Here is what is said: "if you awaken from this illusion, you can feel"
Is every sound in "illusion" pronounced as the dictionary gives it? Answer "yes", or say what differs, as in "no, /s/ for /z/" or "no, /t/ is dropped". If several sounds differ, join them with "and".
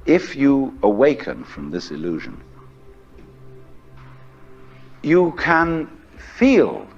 yes